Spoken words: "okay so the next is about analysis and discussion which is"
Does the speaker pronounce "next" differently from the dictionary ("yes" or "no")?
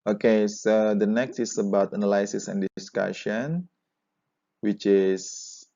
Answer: no